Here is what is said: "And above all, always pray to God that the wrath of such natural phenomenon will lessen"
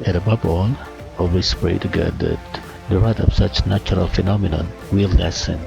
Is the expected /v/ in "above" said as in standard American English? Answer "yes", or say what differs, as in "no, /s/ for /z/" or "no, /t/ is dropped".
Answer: no, /b/ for /v/